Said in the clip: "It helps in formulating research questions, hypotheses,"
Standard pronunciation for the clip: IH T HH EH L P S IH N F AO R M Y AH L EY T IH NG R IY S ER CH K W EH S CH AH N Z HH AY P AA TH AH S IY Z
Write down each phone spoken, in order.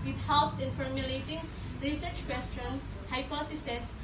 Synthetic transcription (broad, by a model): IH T HH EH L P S IH N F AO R M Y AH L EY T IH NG R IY S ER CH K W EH S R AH N S HH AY P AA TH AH S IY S